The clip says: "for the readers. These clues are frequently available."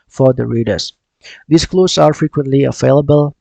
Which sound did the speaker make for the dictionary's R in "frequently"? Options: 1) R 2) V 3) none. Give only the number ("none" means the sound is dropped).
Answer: 1